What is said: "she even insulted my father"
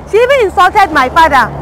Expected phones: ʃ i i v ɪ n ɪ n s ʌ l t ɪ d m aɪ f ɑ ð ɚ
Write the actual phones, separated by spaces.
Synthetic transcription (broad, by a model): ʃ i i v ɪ ɪ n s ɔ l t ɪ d m aɪ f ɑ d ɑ